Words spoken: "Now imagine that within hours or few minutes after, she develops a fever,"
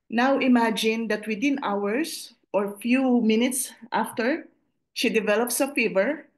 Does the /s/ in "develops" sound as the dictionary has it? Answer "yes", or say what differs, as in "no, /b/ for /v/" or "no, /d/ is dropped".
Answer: yes